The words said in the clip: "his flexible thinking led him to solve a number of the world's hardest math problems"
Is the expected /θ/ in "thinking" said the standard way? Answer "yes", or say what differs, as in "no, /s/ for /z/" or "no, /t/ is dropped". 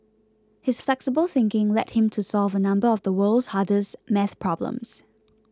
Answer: yes